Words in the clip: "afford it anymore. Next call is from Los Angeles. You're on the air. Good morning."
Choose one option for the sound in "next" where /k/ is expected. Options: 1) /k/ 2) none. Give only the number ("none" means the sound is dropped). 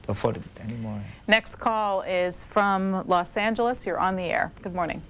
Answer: 1